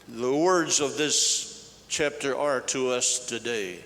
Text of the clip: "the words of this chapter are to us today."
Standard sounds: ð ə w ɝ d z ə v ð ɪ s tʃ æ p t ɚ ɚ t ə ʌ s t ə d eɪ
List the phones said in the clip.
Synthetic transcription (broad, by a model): ð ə w ɝ d z ə v ð ɪ s tʃ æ p t ɚ ɚ t ə ʌ s t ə d eɪ